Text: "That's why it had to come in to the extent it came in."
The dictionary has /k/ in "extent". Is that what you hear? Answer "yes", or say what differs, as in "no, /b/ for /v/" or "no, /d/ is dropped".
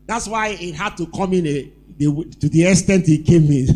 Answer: no, /k/ is dropped